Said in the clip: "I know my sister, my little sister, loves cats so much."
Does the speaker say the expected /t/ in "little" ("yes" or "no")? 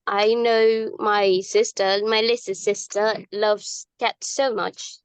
no